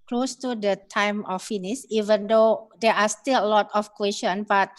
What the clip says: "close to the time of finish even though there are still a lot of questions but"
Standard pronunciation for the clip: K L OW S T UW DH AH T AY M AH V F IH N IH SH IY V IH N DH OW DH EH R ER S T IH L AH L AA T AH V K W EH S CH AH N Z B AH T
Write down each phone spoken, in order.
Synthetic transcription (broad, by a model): K L OW S T UW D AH T AY M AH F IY N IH S IY V IH N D OW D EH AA S T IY L AH L AA T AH F K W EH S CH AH N B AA T